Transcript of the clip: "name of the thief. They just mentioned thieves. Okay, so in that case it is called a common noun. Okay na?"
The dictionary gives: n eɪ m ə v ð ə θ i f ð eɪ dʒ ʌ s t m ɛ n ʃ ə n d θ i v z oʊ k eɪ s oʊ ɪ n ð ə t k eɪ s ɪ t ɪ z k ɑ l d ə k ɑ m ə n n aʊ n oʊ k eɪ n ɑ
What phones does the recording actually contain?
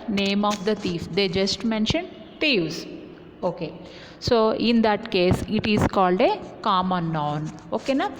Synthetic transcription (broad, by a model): n eɪ m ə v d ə t i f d eɪ dʒ ʌ s t m ɛ n ʃ ə n d t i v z oʊ k eɪ s oʊ ɪ n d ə t k eɪ s ɪ t ɪ z k ɑ l d ə k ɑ m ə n n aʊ n oʊ k eɪ n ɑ